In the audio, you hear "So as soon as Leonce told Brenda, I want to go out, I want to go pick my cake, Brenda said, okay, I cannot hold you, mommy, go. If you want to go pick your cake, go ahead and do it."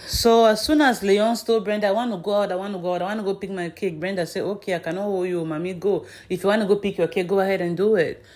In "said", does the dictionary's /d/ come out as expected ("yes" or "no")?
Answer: no